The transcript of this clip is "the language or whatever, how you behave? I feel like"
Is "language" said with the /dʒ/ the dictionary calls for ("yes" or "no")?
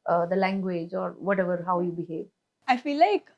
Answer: yes